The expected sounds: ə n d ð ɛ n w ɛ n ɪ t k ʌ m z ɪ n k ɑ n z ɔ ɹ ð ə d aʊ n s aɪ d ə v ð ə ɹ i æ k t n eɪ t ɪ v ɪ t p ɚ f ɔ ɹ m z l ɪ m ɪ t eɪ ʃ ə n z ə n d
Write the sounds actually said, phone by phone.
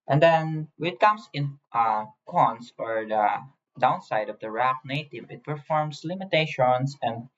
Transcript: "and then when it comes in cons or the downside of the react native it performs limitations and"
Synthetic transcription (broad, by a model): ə n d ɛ n w ɛ n ɪ t k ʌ m s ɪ n k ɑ n s ɔ ɹ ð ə d aʊ n s aɪ d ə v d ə ɹ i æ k n eɪ t ɪ v ɪ t p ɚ f ɔ ɹ m s l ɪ m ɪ t eɪ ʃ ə n s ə n d